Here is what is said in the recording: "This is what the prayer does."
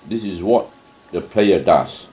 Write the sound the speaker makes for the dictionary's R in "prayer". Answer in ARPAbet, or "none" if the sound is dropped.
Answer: L